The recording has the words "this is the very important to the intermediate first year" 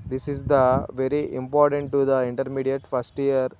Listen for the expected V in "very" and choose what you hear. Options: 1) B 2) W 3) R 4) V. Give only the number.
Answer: 4